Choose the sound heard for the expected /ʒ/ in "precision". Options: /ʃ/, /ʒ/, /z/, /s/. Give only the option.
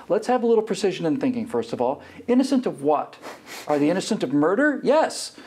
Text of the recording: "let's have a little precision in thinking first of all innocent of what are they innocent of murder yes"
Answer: /ʒ/